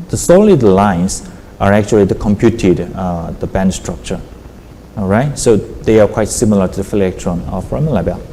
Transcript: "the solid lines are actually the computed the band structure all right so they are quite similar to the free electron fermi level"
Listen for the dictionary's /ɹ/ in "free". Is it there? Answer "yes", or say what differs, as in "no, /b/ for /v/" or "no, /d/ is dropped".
no, /ɹ/ is dropped